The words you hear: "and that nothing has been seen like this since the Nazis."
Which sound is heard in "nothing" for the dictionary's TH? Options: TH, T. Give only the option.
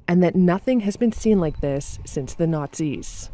TH